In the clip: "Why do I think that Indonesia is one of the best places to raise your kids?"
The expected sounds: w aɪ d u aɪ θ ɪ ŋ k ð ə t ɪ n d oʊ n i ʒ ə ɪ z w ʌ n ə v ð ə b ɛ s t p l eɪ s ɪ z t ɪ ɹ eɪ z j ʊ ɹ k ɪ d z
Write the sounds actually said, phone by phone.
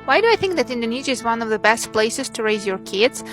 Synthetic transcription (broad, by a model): w aɪ d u aɪ θ ɪ ŋ k ð ə t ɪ n d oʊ n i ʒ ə ɪ z w ʌ n ə v ð ə b ɛ s t p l eɪ s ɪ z t ɪ ɹ eɪ z j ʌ ɹ k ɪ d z